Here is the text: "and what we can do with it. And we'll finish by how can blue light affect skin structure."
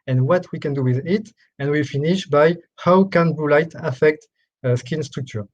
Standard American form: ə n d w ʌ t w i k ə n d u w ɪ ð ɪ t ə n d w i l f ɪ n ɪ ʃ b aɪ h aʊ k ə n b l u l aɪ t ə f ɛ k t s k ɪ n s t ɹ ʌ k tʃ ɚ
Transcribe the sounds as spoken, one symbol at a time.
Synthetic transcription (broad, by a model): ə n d w ʌ t w i k ə n d u w ɪ ð ɪ t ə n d w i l f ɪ n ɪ ʃ b aɪ h aʊ k ə n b u l aɪ t ə f ɛ k t s k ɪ n s t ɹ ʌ k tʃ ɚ